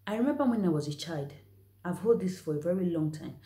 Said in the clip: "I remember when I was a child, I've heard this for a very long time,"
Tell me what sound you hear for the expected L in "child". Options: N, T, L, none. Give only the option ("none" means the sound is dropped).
L